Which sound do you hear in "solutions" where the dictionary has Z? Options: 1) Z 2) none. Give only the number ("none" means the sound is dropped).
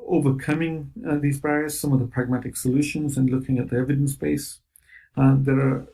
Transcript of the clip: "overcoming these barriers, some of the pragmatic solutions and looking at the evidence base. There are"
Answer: 1